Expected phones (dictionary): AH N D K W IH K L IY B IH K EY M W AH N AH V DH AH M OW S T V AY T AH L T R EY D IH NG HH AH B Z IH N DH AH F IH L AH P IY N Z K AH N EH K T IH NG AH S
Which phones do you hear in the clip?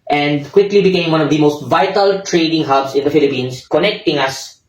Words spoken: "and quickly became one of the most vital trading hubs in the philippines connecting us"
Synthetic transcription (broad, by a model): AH N D K W IH K L IY B IH K EY M W AH N AH V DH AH M OW S T V AY T AH L T R EY D IH NG HH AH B S IH N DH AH F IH L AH P IY N S K AH N EH K T IH NG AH S